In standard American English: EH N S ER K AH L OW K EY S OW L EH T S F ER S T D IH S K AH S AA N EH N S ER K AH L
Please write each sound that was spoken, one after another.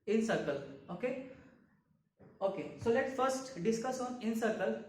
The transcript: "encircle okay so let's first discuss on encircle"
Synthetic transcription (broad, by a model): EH N S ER K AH L OW K EY S OW L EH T F ER S T D IH S K AH S AA N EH N S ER K AH L